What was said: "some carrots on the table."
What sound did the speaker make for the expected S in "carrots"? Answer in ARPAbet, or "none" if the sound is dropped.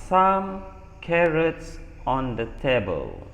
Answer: S